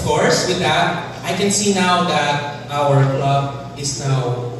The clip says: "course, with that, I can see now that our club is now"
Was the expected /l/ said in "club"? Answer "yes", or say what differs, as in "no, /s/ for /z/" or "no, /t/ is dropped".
yes